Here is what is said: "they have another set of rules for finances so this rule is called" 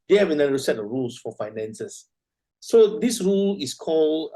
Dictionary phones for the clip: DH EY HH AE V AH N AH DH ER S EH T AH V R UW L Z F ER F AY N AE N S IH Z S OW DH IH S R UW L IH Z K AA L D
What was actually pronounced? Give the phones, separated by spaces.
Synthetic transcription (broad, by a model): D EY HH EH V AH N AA ER S EH T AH R UW L S F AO F AY N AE N S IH S OW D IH S R UW L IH S K AA L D